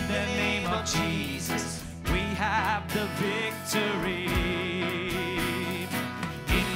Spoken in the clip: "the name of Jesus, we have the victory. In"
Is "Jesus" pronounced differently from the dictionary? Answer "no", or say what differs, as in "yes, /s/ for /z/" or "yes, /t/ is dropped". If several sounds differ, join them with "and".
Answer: no